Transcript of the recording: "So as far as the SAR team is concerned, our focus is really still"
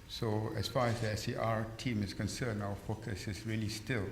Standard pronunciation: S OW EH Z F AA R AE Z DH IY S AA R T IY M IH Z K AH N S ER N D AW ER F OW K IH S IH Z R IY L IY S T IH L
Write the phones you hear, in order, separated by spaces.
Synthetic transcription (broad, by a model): S OW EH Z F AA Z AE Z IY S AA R T IY M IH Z K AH N S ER N AW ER F OW K IH S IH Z R IY L IY S T IH L